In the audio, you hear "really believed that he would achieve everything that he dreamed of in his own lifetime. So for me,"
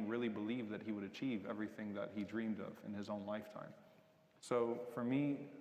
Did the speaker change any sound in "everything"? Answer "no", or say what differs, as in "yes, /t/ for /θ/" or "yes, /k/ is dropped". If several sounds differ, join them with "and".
no